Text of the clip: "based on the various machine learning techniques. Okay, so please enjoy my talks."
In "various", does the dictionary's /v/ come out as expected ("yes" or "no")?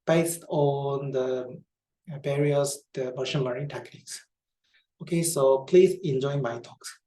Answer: no